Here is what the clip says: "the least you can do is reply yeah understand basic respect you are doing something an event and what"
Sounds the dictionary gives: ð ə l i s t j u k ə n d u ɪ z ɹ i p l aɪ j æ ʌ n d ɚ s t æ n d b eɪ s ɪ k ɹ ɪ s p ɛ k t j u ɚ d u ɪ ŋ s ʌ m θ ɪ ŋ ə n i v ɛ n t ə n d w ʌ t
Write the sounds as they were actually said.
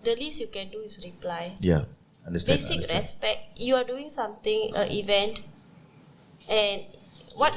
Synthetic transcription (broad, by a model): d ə l i s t j u k ə n d u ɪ s ɹ i p l aɪ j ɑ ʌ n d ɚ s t b eɪ s ɪ k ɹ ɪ s p ɛ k j u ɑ d u ɪ ŋ s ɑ m t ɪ ŋ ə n i v ɛ n t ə n w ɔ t